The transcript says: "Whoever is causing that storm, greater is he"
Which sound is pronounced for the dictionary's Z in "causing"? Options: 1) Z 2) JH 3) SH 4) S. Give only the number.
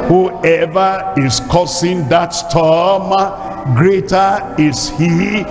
4